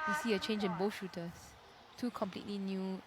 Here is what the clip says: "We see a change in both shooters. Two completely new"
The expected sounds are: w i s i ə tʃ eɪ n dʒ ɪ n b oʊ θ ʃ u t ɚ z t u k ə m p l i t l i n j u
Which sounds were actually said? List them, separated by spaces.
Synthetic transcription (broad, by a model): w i s i ə tʃ eɪ n dʒ ɪ n b oʊ ʃ u t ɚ s t u k ə m p l i t l i n j u